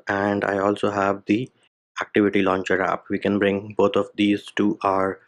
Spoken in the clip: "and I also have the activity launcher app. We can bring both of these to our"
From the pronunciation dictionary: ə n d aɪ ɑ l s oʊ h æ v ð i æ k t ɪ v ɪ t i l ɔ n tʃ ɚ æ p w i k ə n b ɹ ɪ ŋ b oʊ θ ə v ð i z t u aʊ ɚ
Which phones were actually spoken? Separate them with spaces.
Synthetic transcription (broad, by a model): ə n d aɪ ɑ l s oʊ h æ v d i æ k t ɪ v ɪ t i l ɔ n tʃ ɚ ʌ p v i k ə n b ɹ ɪ ŋ b oʊ t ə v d i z t u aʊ ɚ